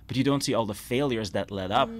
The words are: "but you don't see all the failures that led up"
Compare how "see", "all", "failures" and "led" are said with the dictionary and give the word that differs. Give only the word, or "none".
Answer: none